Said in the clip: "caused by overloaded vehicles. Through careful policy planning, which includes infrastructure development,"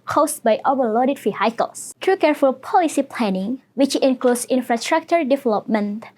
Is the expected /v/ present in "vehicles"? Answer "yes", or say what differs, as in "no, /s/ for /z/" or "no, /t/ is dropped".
no, /f/ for /v/